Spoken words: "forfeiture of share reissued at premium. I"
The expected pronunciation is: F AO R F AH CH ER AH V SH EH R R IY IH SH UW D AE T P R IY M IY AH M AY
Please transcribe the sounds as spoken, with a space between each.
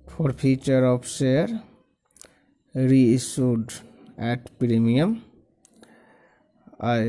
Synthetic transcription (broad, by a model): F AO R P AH CH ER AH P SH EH R R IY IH S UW D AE T P R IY M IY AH M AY